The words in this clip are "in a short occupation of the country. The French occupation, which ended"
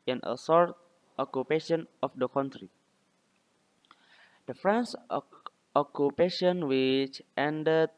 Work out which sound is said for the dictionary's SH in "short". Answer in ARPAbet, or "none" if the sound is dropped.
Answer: S